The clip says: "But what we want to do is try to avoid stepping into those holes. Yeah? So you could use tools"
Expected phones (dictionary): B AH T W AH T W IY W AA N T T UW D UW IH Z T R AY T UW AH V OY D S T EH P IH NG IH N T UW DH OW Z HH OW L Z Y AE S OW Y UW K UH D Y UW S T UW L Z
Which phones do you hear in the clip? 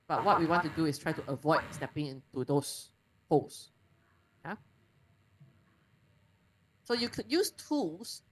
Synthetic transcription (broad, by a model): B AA T W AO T W IY W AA N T T UW D UW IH S T R AY T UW AH V OY D S T EH P IH NG IH N T UW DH OW S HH OW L S Y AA S OW Y UW K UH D Y UW S T UW L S